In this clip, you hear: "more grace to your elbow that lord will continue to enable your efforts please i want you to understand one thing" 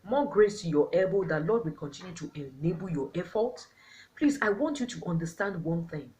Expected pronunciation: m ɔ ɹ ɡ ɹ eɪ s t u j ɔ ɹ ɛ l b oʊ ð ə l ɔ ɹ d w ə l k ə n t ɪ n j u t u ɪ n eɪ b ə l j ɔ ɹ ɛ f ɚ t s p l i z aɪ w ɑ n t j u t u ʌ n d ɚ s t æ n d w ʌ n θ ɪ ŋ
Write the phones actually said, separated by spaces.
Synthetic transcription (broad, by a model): m ɔ ɡ ɹ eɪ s t u j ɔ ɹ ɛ b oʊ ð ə l ɔ d w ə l k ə n t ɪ n j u t u ɪ n eɪ b ə l j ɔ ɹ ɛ f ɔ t p l i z aɪ w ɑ n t j u t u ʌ n d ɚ s t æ n d w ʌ n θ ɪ ŋ